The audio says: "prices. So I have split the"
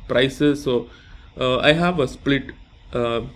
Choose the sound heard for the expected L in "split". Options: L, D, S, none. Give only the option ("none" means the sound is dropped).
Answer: L